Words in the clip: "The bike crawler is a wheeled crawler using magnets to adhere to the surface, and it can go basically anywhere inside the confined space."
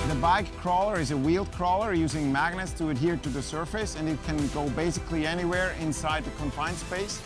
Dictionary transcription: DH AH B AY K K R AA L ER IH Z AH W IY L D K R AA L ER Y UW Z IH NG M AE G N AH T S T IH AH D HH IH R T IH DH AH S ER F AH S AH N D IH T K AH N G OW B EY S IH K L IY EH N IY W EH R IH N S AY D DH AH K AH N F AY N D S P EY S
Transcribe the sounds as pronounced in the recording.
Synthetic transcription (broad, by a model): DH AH B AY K K R AA L ER IH Z AH W IY L D K R AA L ER Y UW Z IH NG M AE G N AH T S T IH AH D HH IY R T IH DH AH S ER F AH S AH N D IH T K AH N G OW B EY S IH K L IY EH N IY W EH R IH N S AY D DH AH K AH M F AY N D S P EY S